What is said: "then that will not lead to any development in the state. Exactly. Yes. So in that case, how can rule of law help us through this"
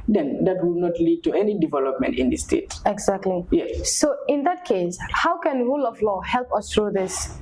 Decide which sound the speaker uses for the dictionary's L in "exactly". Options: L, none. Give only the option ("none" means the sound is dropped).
L